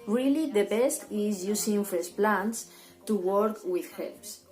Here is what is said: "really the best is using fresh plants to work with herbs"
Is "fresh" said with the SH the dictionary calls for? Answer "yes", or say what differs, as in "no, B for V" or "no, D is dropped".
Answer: no, S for SH